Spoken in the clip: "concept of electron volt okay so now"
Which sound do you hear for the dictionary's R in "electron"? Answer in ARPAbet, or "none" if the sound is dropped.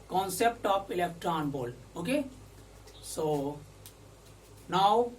R